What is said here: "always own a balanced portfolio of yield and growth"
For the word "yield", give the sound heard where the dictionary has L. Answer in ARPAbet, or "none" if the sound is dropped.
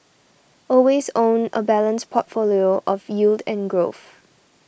L